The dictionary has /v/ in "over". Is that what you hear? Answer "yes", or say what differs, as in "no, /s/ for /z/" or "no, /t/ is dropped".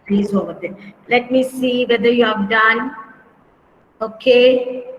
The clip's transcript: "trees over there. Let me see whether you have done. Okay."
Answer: no, /v/ is dropped